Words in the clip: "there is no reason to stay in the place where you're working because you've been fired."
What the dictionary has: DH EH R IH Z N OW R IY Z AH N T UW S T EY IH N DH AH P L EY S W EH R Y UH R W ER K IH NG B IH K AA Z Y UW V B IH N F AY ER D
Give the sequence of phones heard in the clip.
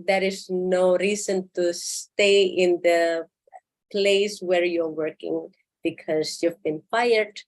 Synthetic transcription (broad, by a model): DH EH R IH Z N OW R IY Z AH N T UW S T EY IH N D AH P L EY S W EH R Y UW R W ER K IH NG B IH K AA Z Y UW V B IH N F AY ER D